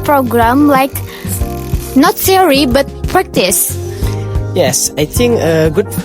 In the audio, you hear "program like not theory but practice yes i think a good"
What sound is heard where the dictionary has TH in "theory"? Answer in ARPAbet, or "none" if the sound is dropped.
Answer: S